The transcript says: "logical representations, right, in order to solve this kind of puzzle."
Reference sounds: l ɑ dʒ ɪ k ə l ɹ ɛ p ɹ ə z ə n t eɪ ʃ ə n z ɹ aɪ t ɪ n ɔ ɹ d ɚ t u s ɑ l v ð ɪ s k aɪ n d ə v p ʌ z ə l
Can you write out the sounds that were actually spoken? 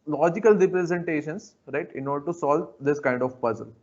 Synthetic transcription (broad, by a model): l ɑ dʒ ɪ k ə l ɹ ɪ p ɹ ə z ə n t eɪ ʃ ə n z ɹ aɪ t ɪ n ɔ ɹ d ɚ t u s ɑ l v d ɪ s k aɪ n d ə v p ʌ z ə l